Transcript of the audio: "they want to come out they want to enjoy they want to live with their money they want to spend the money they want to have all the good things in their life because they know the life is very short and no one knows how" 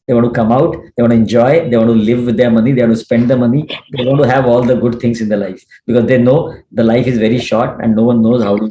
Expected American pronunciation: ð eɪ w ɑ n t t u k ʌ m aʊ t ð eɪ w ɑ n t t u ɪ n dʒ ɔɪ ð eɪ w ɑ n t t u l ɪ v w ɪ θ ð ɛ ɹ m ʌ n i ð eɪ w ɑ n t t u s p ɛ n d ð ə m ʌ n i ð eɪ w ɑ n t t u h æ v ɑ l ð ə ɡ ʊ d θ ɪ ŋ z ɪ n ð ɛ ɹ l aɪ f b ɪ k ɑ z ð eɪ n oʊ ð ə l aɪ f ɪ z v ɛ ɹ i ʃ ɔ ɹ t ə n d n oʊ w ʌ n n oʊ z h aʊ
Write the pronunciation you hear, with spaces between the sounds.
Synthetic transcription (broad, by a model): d eɪ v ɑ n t t u k ʌ m aʊ t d eɪ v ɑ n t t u ɪ n dʒ ɔɪ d eɪ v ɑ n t t u l ɪ v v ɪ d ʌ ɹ m ʌ n i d eɪ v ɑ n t t u s p ɛ n d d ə m ʌ n i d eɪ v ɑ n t t u h æ v ɑ l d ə ɡ ʊ d t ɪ ŋ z ɪ n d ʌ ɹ l aɪ f b ɪ k ɑ z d eɪ n oʊ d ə l aɪ f ɪ z v ɛ ɹ i ʃ ɔ ɹ t ə n d n oʊ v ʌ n n oʊ z h aʊ